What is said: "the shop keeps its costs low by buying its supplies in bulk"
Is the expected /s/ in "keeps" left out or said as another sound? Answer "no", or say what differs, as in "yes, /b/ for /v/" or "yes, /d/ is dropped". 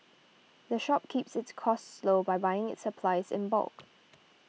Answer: no